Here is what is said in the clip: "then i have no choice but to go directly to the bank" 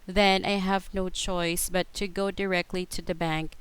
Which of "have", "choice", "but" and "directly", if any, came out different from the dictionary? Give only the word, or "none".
none